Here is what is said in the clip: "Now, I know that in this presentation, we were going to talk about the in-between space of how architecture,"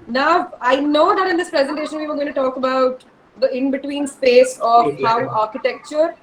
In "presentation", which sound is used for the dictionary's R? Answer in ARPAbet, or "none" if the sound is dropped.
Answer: R